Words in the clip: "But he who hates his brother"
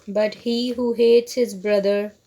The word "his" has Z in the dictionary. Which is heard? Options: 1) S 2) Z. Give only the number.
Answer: 2